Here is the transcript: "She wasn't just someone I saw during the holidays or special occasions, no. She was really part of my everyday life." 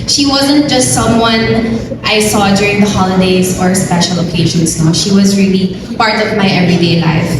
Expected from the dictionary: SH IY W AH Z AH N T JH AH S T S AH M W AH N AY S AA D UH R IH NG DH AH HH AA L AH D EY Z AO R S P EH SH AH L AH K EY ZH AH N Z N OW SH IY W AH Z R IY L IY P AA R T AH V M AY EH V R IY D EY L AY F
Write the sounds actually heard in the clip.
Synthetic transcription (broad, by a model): SH IY W AH Z AH N T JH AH S T S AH M W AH N AY S AA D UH R IH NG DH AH HH AA L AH D EY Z AO R S P EH SH AH L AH K EY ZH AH N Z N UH SH IY W AH Z R IY L IY P AA R T AH V M AY EH V R IY D EY L AY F